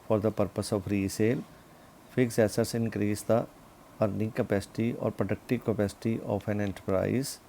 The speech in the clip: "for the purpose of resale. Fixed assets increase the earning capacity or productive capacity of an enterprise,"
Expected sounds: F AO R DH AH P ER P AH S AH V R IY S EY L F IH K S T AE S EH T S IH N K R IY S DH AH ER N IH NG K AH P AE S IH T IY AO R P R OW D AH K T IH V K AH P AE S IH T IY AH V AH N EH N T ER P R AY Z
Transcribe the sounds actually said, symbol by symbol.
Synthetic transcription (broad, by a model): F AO R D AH P ER P AH S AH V R IY S EY L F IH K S EH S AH T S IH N K R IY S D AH ER N IH NG K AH P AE S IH T IY AO R P R OW D AH K T IH V K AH P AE S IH T IY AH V AH N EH N T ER P R AY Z